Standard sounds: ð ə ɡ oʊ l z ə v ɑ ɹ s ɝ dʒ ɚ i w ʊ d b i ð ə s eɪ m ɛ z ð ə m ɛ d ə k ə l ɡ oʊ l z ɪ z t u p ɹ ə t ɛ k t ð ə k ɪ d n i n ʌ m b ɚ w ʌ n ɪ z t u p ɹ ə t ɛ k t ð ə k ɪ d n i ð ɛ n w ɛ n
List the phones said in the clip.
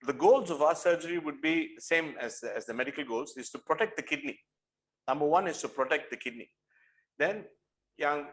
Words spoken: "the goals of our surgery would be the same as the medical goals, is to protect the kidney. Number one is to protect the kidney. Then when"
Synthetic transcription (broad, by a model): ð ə ɡ oʊ l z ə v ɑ s ɝ dʒ ɚ i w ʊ d b i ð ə s eɪ m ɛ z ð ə m ɛ d ə k ə l ɡ oʊ l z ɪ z t u p ɹ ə t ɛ k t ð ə k ɪ d n i n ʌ m b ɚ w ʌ n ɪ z t u p ɹ ə t ɛ k t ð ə k ɪ d n i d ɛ n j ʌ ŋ